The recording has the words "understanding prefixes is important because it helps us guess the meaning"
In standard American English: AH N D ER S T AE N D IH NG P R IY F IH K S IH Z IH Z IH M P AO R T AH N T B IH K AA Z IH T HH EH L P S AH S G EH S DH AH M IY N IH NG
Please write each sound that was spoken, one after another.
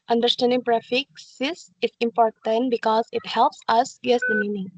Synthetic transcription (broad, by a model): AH N D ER S T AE N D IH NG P R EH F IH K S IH S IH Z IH M P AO R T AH N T B IH K AA Z IH T HH EH L P S AH S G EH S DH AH M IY N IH NG